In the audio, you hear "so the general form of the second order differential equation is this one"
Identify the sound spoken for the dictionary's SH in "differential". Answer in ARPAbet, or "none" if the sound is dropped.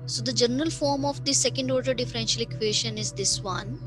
SH